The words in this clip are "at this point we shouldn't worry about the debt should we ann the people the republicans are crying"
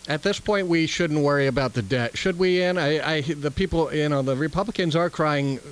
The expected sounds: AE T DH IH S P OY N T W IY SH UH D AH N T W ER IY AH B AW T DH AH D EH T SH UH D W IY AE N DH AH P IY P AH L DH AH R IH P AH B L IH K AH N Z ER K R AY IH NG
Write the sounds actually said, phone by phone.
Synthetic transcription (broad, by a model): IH T DH IH S P OY N T W IY SH UH D N T W ER IY AH B AW T DH AH D EH T SH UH D W IY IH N DH AH P IY P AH N DH AH R IH P AH B L IH K AH N Z ER K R AY IH NG